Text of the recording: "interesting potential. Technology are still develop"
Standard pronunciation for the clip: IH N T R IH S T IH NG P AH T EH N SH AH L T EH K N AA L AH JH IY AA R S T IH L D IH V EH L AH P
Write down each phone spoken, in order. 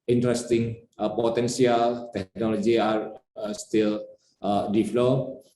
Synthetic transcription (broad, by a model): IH N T R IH S T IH NG P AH T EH N S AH L T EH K N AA L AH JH IY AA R S T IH L D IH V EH L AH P